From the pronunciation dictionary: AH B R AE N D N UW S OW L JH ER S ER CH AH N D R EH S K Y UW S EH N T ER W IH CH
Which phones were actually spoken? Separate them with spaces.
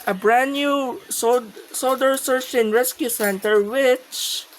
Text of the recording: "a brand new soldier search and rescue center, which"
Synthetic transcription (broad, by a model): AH B R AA N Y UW S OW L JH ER S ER S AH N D R EH S K Y UW S EH N T ER W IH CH